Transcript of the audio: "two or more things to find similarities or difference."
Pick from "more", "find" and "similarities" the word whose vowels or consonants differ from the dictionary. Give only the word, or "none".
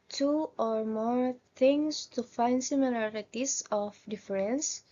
similarities